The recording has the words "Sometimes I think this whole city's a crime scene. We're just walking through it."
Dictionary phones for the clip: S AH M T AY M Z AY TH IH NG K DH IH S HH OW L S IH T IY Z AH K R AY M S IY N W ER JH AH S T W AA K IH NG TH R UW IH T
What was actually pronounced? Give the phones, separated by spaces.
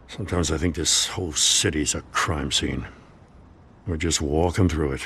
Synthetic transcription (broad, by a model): S AH M T AY M Z AY TH IH NG K DH IH S HH OW L S IH T IY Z AH K R AY M S IY N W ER JH AH S T W AA K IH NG TH R UW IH T